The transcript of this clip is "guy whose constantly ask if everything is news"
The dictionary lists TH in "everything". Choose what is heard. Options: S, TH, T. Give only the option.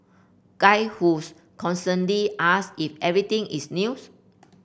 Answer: T